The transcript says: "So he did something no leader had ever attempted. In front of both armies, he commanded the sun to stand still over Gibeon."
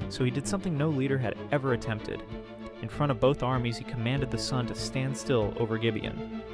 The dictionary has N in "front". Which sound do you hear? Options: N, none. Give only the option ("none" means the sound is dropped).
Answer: none